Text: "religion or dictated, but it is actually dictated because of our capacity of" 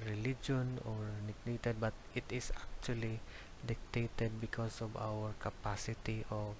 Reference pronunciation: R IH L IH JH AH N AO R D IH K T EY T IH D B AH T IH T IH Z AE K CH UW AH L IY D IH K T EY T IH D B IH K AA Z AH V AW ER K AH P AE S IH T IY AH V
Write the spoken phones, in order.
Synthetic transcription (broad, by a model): R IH L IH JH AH N AO R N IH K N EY T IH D B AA T IH T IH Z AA K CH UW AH L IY D IH K T EY T IH D B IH K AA S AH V AW ER K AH P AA S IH T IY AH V